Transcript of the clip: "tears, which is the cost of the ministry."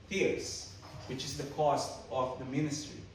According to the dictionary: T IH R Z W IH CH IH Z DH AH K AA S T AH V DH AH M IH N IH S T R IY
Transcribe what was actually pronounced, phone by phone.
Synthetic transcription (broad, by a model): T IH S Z W IH CH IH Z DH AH K AA S T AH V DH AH M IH N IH S T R IY